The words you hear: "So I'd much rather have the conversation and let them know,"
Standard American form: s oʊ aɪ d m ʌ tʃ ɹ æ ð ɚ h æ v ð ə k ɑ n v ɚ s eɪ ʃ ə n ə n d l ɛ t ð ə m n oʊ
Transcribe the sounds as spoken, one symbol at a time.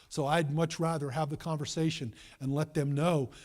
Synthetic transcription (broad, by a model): s oʊ aɪ d m ʌ tʃ ɹ æ ð ɚ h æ v ð ə k ɑ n v ɚ s eɪ ʃ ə n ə n l ɛ t ð ə m n oʊ